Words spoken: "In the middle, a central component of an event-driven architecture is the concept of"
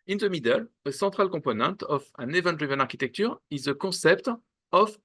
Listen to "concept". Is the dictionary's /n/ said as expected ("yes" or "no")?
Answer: no